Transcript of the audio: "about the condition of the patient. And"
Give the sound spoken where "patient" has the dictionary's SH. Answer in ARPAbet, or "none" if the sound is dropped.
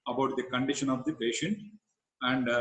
SH